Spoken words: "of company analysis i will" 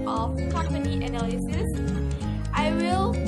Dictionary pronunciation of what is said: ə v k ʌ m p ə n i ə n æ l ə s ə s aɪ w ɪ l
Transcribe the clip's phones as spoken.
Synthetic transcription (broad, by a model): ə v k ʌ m ə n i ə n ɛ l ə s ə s aɪ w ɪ l